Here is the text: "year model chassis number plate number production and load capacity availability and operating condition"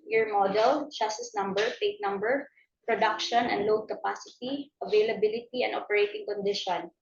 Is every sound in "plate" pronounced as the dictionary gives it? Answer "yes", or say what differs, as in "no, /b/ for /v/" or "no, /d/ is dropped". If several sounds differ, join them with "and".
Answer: no, /l/ is dropped